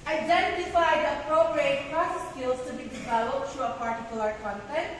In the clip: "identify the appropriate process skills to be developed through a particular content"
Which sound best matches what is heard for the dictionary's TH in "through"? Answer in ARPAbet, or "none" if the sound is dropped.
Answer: T